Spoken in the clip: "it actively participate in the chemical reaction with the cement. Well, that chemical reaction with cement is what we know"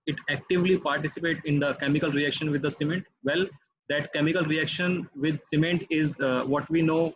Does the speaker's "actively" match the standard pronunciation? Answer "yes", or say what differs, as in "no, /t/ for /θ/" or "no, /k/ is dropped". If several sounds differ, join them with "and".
yes